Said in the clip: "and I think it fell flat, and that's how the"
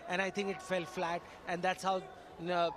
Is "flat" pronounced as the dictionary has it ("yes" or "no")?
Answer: yes